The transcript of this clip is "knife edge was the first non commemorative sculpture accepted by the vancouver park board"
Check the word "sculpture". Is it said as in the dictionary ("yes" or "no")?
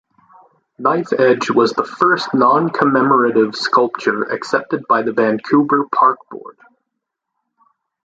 yes